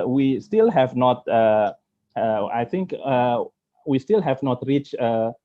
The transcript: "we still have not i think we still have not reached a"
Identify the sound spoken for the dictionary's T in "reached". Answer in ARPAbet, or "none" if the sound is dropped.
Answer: none